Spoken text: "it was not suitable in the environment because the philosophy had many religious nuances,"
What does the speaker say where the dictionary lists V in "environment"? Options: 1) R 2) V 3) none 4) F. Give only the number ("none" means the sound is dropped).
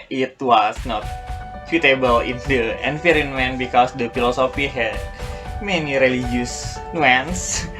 4